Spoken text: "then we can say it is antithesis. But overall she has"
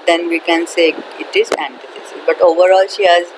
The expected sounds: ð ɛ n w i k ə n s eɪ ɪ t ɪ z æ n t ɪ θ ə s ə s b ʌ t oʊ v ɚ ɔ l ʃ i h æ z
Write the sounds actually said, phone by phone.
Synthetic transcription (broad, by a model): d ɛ n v i k ə n s eɪ ɪ t ɪ z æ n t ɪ f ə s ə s b ʌ t oʊ v ɚ ɔ l ʃ i h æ z